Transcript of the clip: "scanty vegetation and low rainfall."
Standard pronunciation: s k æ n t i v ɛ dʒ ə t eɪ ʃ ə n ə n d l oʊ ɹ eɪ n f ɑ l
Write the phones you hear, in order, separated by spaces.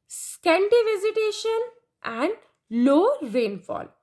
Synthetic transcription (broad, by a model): s k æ n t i v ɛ z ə t eɪ ʃ ə n ə n d l oʊ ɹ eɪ n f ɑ l